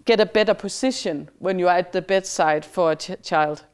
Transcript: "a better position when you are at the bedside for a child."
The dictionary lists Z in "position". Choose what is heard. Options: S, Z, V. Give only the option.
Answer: S